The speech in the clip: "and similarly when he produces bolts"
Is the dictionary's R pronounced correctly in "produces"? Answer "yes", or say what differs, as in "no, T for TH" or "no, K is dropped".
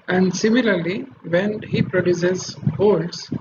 yes